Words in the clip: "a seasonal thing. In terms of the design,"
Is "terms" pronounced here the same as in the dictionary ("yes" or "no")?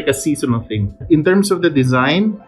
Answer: no